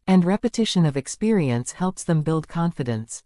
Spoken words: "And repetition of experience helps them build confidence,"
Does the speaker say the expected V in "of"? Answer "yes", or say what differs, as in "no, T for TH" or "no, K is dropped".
yes